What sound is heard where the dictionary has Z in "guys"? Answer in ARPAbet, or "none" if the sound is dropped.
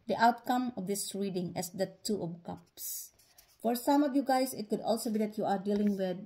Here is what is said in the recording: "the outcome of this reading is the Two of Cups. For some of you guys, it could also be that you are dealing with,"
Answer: S